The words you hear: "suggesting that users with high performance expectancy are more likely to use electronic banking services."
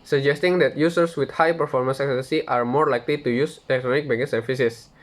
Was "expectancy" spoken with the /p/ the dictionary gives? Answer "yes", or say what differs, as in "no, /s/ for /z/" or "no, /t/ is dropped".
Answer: no, /p/ is dropped